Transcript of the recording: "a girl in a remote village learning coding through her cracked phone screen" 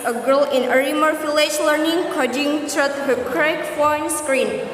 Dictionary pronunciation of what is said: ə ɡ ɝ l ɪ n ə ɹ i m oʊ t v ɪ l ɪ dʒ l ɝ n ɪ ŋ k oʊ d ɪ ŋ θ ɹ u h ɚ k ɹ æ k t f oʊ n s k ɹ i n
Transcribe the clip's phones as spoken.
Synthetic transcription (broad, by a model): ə ɡ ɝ l ɪ n ə ɹ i m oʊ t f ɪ l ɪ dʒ l ɝ n ɪ ŋ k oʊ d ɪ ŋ t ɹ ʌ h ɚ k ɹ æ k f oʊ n s k ɹ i n